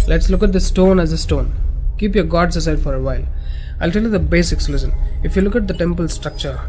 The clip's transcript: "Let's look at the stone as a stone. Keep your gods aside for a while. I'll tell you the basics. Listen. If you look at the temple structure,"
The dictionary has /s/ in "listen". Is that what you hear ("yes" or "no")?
no